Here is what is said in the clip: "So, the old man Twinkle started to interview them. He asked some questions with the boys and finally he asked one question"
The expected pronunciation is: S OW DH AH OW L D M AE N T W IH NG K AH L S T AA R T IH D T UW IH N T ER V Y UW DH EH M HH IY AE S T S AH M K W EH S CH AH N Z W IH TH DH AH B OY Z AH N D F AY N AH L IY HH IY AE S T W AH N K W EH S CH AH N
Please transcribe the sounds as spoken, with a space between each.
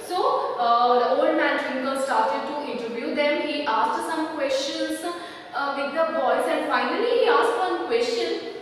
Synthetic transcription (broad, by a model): S OW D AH OW L D M AE N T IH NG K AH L S T AA R T IH D T UW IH N T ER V Y UW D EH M HH IY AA S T S AH M K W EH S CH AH N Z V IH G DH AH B OY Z AH N D F AY N AH L IY HH IY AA S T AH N K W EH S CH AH N